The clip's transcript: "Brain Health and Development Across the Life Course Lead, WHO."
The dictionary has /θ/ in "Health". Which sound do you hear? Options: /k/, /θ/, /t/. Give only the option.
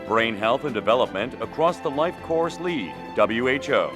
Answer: /θ/